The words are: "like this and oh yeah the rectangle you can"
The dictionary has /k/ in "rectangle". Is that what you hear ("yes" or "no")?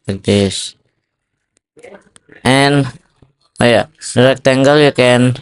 yes